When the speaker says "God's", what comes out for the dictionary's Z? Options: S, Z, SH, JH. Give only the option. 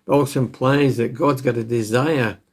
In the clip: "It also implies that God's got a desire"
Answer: Z